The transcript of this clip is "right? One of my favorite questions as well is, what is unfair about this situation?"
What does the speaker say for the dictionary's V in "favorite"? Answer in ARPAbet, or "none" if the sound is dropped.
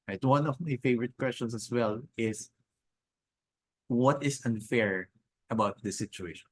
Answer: V